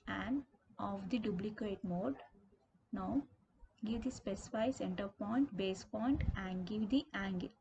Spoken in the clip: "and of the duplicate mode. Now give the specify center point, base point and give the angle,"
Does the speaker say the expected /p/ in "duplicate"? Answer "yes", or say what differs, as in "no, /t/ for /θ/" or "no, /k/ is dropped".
no, /b/ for /p/